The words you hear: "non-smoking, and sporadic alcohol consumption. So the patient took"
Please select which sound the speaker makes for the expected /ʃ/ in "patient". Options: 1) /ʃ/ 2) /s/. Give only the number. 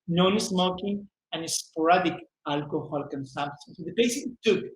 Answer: 2